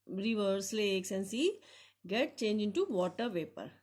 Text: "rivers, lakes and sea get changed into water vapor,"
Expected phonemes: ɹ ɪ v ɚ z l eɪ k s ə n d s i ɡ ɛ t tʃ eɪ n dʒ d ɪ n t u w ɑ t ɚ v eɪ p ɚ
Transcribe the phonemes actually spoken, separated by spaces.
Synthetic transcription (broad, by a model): ɹ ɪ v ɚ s l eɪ k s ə n s i ɡ ɛ t tʃ eɪ n dʒ ɪ n t u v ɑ t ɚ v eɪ p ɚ